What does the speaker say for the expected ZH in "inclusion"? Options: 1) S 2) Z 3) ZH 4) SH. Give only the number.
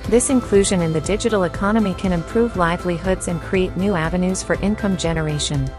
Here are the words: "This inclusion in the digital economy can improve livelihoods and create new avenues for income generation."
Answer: 3